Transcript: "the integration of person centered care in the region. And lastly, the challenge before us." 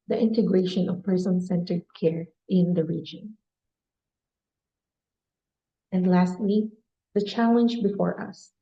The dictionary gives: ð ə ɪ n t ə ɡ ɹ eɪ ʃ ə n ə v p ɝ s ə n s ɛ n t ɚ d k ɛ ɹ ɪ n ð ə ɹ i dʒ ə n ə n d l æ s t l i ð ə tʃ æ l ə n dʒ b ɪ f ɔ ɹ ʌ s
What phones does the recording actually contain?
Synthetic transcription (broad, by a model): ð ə ɪ n t ə ɡ ɹ eɪ ʃ ə n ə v p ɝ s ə n s ɛ n t ɚ d k ɛ ɹ ɪ n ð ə ɹ i dʒ ə n ə n d l æ s t l i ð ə tʃ æ l ə n dʒ b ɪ f ɔ ɹ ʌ s